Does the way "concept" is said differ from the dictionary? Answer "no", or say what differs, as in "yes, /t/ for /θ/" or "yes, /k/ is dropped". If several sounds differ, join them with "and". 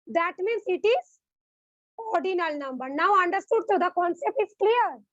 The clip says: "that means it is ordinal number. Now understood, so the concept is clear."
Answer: no